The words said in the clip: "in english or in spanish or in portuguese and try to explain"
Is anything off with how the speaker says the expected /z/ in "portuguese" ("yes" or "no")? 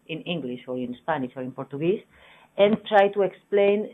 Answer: yes